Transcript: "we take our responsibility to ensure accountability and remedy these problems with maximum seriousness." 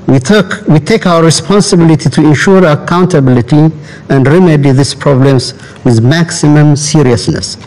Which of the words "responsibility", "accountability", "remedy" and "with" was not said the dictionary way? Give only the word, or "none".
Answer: none